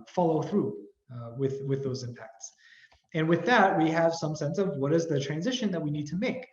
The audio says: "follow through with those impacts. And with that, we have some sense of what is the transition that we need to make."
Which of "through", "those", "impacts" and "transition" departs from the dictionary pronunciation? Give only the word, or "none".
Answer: none